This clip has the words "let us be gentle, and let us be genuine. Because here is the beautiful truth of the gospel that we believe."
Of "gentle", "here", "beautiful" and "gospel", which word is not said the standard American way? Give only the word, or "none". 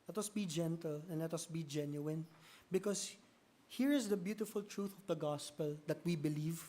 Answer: none